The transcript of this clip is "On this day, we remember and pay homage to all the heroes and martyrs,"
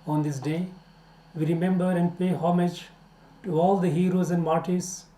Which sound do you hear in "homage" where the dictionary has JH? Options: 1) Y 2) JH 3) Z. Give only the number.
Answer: 2